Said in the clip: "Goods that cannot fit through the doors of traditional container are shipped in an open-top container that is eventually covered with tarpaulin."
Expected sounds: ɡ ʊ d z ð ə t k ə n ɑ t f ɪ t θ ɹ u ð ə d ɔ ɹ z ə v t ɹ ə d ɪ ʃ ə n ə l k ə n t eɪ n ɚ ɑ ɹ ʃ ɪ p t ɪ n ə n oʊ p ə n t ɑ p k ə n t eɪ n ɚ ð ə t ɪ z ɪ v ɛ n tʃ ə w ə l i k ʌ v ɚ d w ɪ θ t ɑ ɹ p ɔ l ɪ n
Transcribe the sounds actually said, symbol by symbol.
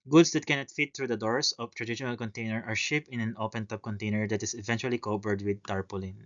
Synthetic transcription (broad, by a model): ɡ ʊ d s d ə t k ə n ɑ t f ɪ t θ ɹ u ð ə d ɔ ɹ s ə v t ɹ ə d ɪ ʃ ə n ə l k ə n t eɪ n ɚ ɑ ɹ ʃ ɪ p ɪ n ə n oʊ p ə n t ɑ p k ə n t eɪ n ɚ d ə t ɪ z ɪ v ɛ n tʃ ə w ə l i k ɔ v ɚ d w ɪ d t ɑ ɹ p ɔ l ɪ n